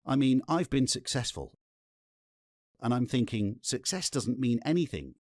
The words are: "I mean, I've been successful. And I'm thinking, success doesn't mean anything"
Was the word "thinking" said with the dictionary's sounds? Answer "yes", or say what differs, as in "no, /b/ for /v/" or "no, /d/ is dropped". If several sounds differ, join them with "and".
yes